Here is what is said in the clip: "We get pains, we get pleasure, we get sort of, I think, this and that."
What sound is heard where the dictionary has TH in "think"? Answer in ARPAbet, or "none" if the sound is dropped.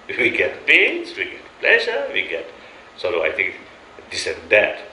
T